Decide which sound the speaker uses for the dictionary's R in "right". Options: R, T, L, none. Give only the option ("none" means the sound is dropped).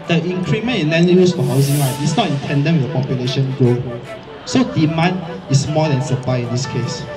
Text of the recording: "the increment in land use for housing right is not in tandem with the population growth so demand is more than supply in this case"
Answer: L